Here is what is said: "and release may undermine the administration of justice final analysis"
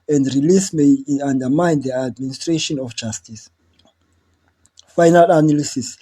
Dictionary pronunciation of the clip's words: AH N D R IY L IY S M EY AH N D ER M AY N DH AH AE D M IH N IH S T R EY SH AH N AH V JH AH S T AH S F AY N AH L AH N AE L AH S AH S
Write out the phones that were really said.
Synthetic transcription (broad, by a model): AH N D R IY L IY S M EY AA N D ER M AY N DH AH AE D M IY N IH S T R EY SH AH N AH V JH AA S T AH S F AY N AH L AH N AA L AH S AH S